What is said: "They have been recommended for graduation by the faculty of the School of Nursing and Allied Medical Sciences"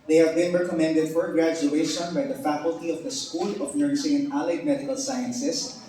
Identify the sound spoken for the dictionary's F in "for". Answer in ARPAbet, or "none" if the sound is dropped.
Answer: F